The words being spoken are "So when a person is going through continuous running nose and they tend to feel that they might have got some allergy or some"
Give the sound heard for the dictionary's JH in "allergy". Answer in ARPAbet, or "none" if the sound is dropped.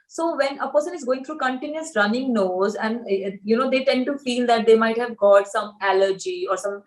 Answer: JH